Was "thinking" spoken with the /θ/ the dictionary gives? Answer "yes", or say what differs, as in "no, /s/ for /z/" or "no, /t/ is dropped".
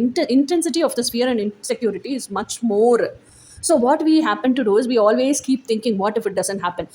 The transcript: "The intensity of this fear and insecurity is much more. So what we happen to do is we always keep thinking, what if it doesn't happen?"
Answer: no, /t/ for /θ/